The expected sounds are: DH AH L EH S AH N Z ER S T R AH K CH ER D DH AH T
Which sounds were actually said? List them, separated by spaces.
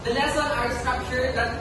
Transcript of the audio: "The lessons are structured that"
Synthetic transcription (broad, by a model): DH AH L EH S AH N ER S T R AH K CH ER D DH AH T